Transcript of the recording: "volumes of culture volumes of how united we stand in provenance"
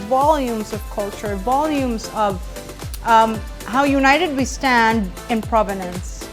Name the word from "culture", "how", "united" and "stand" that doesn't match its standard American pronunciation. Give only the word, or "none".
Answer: none